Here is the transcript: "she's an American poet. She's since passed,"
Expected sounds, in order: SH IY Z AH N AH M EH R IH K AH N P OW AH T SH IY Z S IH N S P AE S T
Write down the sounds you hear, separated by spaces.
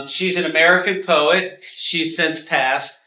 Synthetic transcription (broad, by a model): SH IY Z AH N AH M EH R IH K AH N P OW AH T SH IY Z S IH N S P AE S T